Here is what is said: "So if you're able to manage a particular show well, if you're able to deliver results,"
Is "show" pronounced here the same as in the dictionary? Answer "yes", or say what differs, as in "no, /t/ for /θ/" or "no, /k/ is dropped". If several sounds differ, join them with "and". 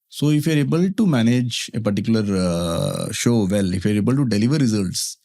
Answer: yes